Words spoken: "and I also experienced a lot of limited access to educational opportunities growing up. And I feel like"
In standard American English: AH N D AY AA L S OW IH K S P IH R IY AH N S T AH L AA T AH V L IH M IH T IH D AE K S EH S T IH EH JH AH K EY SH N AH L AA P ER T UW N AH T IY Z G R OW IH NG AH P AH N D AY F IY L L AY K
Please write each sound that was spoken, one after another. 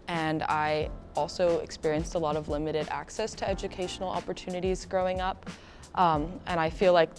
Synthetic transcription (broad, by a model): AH N AY AA L S OW IH K S P IH R IY AH N S T AH L AA T AH V L IH M IH T IH D AE K S EH S T IH EH JH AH K EY SH N L AA P ER T UW N AH T IY Z G R OW IH NG AH P AH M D AY F IY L L AY K